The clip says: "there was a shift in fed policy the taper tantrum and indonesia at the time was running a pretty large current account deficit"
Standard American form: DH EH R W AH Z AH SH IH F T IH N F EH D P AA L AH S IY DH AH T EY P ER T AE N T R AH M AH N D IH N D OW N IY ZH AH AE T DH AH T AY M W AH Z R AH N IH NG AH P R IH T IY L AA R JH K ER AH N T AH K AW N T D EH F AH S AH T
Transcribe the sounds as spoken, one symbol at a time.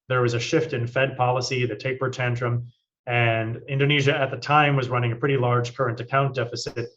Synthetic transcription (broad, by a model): DH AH R W AH Z AH SH IH F T IH N F EH D P AA L AH S IY DH AH T EY P ER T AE N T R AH M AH N IH N D OW N IY ZH AH T DH AH T AY M W AH Z R AH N IH NG AH P R IH T IY L AA R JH K ER AH N T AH K AW N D EH F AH S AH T